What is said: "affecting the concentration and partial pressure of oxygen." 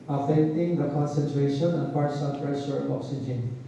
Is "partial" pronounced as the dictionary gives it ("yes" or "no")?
no